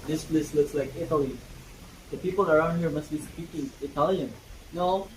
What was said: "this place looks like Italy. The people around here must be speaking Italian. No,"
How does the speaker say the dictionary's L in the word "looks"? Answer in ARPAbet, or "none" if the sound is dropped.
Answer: L